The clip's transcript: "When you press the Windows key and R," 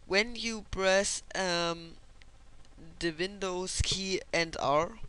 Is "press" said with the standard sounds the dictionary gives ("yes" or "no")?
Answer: no